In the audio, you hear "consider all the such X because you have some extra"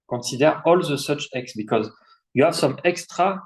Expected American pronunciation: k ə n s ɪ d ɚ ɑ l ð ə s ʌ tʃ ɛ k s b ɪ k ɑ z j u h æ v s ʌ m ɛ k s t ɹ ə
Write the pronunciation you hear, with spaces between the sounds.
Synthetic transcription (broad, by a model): k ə s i d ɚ ɑ l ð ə s ʌ tʃ ɛ k s b ɪ k ɑ z j u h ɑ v s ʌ m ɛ k s t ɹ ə